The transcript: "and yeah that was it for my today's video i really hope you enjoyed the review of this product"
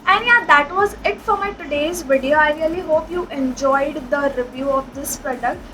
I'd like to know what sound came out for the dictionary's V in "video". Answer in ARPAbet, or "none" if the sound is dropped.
V